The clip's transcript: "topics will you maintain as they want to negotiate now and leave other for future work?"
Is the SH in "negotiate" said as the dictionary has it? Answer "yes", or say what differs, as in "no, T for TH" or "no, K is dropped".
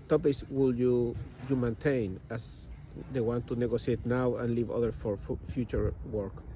no, S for SH